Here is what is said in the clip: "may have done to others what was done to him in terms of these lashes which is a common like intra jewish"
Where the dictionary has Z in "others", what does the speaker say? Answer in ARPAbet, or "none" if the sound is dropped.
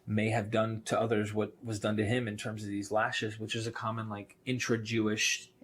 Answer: Z